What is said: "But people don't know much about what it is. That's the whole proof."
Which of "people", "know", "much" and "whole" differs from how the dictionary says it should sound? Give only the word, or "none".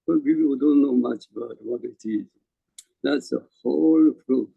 people